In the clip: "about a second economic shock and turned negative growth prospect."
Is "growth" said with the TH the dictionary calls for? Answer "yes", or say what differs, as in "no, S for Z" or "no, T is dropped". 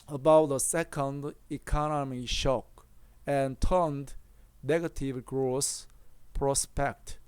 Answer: no, S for TH